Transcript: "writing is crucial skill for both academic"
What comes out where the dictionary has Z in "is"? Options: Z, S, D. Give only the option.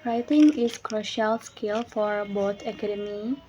S